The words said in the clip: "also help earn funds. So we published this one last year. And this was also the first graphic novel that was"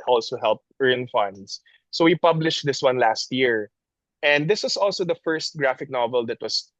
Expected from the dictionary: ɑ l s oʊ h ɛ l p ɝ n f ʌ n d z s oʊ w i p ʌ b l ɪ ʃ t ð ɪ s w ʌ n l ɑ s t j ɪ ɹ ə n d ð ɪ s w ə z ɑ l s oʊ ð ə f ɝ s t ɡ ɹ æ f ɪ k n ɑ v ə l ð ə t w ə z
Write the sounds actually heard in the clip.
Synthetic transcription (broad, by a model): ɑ l s oʊ h ɛ l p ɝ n f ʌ n d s s oʊ w i p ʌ b l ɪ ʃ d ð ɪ s w ʌ n l ɑ s t j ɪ ɹ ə n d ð ɪ s w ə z ɑ l s oʊ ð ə f ɝ s t ɡ ɹ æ f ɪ k n ɑ v ə l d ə t w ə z